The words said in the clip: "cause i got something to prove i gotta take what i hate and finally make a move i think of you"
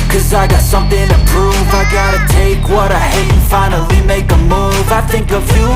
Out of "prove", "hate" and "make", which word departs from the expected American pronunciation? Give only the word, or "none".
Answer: hate